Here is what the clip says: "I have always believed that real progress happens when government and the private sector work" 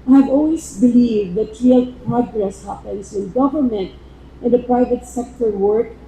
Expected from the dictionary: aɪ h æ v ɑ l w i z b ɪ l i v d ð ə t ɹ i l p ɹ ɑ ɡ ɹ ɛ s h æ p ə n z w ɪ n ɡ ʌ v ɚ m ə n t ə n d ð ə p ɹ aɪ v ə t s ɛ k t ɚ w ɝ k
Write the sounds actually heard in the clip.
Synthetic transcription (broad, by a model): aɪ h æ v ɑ l w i s b ɪ l i v d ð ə t ɹ i l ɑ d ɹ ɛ s h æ p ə n s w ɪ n ɡ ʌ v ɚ m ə n t ə n d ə p ɹ aɪ v ə t s ɛ k t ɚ w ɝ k